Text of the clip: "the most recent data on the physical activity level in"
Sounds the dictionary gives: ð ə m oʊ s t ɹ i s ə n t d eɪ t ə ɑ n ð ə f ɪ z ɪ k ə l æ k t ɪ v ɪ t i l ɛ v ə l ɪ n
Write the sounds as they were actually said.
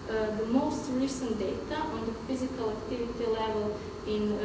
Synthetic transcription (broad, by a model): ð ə m oʊ s t l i s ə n d eɪ t ə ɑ n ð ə f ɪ z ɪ k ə l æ k t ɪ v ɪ t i l ɛ v ə l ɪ n